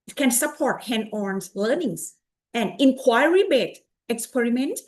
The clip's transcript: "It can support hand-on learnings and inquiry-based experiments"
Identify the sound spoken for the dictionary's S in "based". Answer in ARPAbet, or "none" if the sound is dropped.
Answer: none